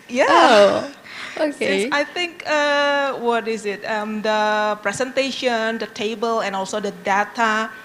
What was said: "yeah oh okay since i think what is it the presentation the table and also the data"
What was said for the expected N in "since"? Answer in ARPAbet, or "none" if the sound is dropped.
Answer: none